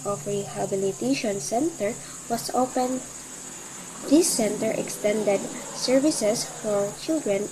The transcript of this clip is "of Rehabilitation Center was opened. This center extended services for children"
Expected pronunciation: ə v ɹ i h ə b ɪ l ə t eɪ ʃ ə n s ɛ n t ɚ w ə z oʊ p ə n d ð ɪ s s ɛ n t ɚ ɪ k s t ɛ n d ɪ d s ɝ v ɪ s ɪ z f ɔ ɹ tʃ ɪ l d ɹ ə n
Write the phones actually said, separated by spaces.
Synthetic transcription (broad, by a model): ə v ɹ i h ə b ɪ l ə t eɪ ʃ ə n s ɛ n t ɚ w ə s oʊ p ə n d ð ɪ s s ɛ n t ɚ ɪ k s t ɛ n d ɪ d s ɝ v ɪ s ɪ s f ɔ ɹ tʃ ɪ l d ɹ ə n